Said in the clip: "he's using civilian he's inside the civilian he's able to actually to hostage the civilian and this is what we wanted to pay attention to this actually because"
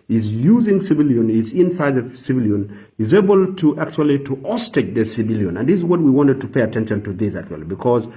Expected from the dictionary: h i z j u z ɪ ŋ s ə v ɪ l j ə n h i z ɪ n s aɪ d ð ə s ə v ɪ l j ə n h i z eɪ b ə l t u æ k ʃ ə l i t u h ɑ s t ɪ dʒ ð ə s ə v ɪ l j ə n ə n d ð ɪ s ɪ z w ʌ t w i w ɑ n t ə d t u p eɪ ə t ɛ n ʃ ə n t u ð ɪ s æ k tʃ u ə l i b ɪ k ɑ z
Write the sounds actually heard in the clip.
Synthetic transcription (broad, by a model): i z j u z ɪ ŋ s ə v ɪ l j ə n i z ɪ n s aɪ d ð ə s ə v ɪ l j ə n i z eɪ b ə l t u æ k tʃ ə l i t u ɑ s t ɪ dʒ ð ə s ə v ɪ l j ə n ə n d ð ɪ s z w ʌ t w i w ɑ n t ə d t u p eɪ ə t ɛ n ʃ ə n t u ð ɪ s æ k tʃ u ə l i b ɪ k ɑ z